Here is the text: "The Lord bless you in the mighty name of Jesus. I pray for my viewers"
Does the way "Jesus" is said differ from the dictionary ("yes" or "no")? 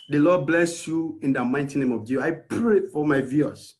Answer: yes